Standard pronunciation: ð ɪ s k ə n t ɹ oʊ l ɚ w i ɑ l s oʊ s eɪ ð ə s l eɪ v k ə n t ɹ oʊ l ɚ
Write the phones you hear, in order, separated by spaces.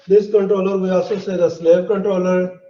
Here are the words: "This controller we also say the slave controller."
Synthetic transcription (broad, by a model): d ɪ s k ə n t ɹ oʊ l ɚ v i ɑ s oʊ s eɪ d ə s l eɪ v k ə n t ɹ oʊ l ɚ